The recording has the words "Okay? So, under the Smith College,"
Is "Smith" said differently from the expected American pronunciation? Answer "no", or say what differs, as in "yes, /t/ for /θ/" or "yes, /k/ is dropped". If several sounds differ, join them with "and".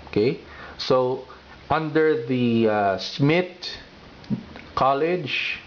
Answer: yes, /t/ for /θ/